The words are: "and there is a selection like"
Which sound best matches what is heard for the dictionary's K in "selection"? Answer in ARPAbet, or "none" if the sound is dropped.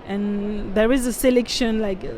K